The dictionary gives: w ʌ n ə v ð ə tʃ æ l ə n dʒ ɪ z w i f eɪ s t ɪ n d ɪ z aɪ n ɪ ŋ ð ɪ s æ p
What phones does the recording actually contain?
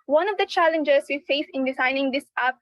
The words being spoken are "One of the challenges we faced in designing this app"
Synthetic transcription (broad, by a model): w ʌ n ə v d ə tʃ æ l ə n dʒ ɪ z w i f eɪ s ɪ n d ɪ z aɪ n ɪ ŋ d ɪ s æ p